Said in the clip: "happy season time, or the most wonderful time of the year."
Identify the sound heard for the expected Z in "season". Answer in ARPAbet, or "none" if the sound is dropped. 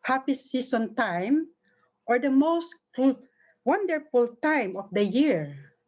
S